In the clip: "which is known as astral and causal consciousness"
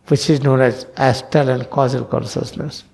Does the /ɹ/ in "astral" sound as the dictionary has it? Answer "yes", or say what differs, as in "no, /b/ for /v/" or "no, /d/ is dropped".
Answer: no, /ɹ/ is dropped